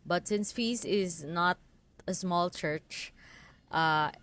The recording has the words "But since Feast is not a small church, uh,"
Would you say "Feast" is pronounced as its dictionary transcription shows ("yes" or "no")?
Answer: no